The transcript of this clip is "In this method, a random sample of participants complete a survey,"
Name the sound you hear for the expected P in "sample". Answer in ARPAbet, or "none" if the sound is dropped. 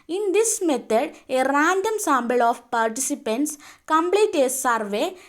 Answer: B